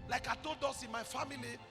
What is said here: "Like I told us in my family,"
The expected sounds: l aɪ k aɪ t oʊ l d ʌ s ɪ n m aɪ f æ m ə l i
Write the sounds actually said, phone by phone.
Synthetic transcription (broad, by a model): l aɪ k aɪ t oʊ d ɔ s ɪ n m aɪ f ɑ m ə l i